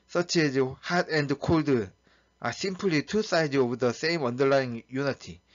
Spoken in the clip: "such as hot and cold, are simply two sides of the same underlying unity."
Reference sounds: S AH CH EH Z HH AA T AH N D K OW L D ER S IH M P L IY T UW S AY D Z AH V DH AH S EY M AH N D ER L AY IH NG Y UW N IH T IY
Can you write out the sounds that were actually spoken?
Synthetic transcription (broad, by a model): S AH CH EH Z HH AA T AH N D K OW L D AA S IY M P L IY T UW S AY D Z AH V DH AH S EY M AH N D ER L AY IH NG Y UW N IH T IY